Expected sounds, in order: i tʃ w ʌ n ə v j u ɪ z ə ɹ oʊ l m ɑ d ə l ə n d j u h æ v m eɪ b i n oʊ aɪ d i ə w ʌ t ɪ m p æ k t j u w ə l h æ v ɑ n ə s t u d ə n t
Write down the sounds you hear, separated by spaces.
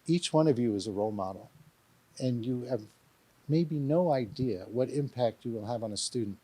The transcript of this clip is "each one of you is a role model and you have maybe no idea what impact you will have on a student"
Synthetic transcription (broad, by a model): i tʃ w ʌ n ə v j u ɪ z ə ɹ oʊ l m ɑ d l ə n j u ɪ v m eɪ b i n oʊ aɪ d i ə w ʌ t ɪ m p æ k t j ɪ w ə l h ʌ v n ə s t u d n t